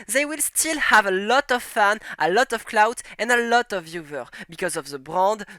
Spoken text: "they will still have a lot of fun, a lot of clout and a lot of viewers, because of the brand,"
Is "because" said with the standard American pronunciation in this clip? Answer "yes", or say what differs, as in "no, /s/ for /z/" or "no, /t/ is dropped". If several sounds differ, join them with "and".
yes